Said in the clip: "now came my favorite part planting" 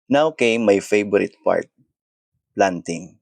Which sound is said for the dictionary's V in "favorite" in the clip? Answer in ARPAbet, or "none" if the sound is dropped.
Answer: B